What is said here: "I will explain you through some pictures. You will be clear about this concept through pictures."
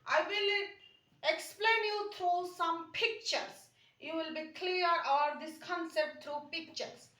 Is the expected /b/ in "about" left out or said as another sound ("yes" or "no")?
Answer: yes